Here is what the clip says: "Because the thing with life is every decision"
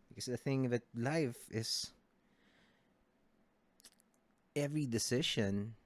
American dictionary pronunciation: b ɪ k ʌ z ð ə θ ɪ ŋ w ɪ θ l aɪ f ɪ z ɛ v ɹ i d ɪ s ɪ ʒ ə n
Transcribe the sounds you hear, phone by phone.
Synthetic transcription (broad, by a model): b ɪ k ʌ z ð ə θ ɪ ŋ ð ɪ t l aɪ f ɪ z ɛ v ɹ i d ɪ s ɪ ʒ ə n